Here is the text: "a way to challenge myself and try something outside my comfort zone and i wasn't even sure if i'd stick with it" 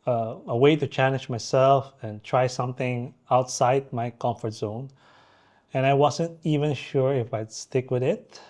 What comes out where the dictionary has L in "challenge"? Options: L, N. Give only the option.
N